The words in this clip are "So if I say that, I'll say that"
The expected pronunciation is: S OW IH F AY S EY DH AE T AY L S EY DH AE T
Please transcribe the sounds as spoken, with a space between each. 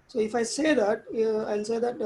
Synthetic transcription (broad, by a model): S OW IH F AY S EY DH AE T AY N S EY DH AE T